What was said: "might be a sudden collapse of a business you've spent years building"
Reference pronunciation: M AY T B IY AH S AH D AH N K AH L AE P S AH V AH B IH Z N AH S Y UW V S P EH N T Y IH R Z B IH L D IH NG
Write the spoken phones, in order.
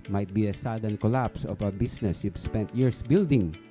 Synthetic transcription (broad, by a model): M AY T B IY AH S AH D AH N K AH L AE P S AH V AH B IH S N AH S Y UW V S P EH N T Y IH R S B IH L D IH NG